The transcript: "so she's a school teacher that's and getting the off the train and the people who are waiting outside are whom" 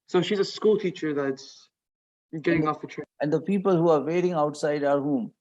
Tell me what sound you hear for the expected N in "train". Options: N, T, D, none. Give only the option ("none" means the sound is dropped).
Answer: none